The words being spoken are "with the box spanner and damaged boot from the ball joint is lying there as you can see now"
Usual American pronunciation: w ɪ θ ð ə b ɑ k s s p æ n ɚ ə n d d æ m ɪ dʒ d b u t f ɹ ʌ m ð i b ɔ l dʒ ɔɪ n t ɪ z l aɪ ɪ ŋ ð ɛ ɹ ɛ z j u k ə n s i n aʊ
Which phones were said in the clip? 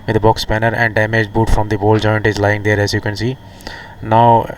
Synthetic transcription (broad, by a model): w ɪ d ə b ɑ k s s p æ n ɚ ə n d d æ m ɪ dʒ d b u t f ɹ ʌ m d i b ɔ l dʒ ɔɪ n t ɪ z l aɪ ɪ ŋ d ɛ ɹ ɛ z j u k ə n s i n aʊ